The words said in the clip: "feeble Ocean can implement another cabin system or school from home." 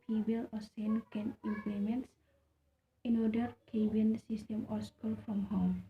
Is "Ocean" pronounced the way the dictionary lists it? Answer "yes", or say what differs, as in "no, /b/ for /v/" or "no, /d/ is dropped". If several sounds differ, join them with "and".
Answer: no, /s/ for /ʃ/